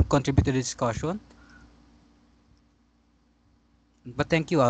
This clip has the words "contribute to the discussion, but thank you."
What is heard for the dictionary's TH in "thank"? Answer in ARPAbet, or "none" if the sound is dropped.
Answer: T